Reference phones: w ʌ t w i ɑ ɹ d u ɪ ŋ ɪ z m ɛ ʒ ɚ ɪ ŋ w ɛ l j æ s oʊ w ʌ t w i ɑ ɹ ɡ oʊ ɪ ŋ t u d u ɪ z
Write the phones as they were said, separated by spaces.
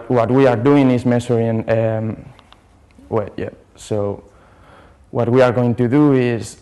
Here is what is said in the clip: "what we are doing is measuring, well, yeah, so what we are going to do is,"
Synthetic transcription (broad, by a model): w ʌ t w i ɑ ɹ d u ɪ ŋ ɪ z m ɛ s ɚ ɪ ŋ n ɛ w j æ s oʊ w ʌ t w i ɑ ɹ ɡ oʊ ɪ ŋ t u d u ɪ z